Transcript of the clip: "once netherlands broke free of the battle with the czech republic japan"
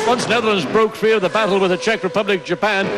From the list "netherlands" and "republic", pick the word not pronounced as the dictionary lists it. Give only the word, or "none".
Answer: none